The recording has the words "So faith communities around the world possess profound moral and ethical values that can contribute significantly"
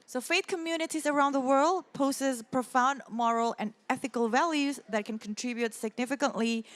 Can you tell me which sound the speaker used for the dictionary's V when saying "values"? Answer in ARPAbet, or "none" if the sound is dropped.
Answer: V